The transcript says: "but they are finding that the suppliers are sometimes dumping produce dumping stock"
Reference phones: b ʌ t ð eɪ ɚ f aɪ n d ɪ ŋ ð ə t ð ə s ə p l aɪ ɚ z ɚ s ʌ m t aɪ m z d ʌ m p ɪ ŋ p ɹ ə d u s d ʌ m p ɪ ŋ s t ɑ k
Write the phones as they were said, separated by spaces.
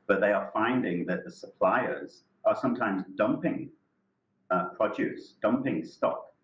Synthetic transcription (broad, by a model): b ʌ t ð eɪ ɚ f aɪ n d ɪ ŋ ð ə t ð ə s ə p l aɪ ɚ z ɚ s ʌ m t aɪ m z d ʌ m p ɪ ŋ p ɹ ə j u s d ʌ m p ɪ ŋ s t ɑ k